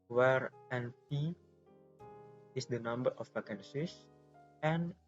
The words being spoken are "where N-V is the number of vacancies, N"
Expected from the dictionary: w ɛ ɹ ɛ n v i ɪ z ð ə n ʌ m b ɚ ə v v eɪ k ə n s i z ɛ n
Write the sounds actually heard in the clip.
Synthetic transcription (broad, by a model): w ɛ ɹ ɛ n p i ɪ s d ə n ʌ m b ɚ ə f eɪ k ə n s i s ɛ n